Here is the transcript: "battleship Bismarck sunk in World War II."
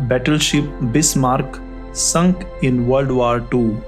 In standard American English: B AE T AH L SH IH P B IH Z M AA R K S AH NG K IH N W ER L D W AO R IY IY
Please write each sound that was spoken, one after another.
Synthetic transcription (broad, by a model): B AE T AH L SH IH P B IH S M AA R K S AH NG K IH N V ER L D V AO R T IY